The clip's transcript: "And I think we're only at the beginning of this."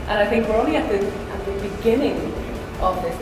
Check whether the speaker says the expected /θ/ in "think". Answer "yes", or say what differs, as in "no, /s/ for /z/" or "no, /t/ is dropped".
yes